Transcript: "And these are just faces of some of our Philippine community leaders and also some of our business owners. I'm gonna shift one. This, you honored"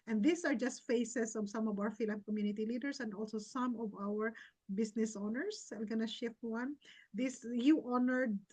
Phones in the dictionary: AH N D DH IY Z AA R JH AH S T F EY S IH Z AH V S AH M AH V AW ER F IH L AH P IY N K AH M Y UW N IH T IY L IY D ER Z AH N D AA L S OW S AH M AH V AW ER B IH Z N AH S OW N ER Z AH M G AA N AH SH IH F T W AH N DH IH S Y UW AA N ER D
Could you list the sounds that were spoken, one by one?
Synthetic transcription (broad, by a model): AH N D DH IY S AA R JH AH S T F EY S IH S AH V S AH M AH V AW ER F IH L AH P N K AH M Y UW N IH T IY L IY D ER S AH N D AA L S OW S AH M AH V AW ER B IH S N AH S OW N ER S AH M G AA N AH SH IH F T W AH N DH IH S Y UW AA N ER D